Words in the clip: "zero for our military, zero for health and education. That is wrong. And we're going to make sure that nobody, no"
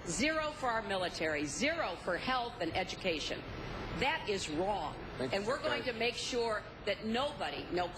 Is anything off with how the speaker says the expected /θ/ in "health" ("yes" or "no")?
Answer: no